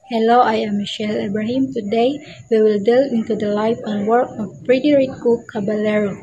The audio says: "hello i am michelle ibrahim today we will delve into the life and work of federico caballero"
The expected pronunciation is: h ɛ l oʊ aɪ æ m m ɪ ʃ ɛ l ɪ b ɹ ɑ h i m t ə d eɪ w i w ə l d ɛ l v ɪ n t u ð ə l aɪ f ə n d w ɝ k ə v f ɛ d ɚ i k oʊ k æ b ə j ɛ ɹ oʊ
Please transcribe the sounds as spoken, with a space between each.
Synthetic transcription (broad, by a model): h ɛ l oʊ aɪ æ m m ɪ ʃ ɛ l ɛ b ɹ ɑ h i m t ə d eɪ w i w ə l d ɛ l ɪ n t u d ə l aɪ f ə n w ɝ k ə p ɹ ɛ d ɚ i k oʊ k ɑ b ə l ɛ ɹ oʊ